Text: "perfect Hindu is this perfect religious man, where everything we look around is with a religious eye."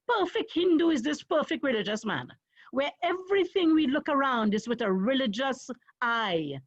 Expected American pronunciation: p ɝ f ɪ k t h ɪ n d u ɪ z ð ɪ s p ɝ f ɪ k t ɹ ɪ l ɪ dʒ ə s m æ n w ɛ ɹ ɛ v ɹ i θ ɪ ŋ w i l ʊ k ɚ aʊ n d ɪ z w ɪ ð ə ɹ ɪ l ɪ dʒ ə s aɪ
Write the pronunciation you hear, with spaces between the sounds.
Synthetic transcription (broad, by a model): p ɝ f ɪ k t h ɪ n d u ɪ z ð ɪ s p ɝ f ɪ k t ɹ ɪ l ɪ dʒ ə s m æ n w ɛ ɹ ɛ v ɹ i θ ɪ ŋ w i l ʊ k ɚ aʊ n d ɪ z w ɪ ð ə ɹ ɪ l ɪ dʒ ə s aɪ